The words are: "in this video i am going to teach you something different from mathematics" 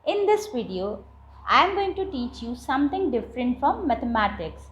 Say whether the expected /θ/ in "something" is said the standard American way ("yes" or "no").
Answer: no